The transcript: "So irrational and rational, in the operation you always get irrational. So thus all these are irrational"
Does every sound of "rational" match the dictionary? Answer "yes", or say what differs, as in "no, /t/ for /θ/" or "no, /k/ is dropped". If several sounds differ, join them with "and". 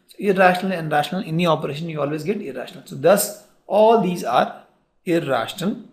yes